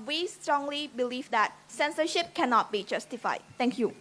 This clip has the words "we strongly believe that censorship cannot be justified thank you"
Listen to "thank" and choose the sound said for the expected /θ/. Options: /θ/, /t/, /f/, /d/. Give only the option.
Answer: /t/